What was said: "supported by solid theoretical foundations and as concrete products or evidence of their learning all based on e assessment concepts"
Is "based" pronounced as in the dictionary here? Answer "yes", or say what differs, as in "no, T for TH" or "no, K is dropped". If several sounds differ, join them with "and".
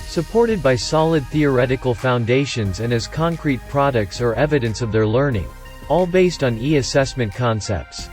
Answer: yes